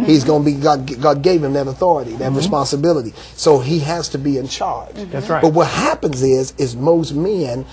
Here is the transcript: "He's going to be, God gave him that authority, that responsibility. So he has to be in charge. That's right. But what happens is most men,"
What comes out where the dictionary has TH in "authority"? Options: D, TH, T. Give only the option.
TH